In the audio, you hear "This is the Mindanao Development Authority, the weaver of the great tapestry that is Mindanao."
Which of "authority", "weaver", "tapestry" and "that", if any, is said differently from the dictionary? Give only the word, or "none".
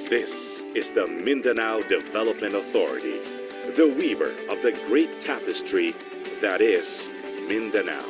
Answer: none